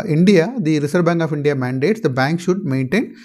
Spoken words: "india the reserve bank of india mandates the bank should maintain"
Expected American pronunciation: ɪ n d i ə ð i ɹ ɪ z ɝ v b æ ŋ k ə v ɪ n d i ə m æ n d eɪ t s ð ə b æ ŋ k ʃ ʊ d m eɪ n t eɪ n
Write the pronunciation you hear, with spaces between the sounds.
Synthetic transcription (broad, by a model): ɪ n d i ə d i ɹ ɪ s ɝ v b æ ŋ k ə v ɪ n d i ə m æ n d eɪ t s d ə b æ ŋ k ʃ ʊ d m eɪ n t eɪ n